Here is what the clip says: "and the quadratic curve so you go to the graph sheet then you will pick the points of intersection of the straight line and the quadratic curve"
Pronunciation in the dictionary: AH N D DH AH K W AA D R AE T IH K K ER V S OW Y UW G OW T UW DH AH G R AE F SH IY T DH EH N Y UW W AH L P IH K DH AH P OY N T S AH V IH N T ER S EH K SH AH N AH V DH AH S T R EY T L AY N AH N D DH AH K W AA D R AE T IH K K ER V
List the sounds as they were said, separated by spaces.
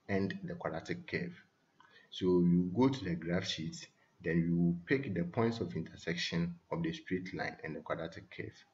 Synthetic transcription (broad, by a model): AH N D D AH K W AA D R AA T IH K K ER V S OW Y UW G OW T UW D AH G R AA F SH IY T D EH N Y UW W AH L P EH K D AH P OY N T S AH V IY N T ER S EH K SH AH N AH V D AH S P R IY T L AY N AH N D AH K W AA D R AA T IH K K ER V